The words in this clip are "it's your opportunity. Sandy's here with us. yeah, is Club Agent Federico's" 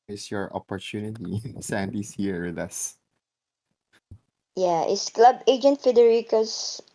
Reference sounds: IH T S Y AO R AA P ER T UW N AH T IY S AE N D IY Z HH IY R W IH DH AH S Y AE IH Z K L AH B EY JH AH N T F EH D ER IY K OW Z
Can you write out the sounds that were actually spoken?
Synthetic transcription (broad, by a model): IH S Y AO R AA P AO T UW N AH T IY S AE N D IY S HH IY R W IH DH AH S Y AE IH S K L AH B EY JH AH N T F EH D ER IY K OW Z